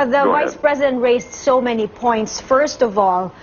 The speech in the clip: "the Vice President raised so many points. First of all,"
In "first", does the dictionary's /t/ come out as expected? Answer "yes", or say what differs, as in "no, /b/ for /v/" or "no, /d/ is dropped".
yes